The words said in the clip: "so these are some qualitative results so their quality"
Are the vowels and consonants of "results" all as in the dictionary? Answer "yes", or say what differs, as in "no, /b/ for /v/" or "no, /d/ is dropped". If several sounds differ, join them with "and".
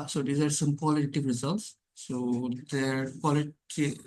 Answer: yes